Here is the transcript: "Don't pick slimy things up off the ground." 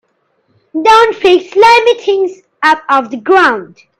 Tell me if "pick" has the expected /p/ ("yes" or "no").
no